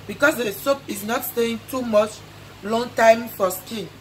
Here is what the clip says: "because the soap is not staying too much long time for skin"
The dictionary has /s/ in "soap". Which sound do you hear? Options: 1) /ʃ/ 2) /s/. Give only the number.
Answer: 2